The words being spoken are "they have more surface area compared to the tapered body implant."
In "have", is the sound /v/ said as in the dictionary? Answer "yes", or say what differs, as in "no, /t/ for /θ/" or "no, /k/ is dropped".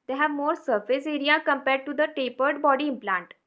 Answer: yes